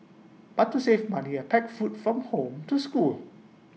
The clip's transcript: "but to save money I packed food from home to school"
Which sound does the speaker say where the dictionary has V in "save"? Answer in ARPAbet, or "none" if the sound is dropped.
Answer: F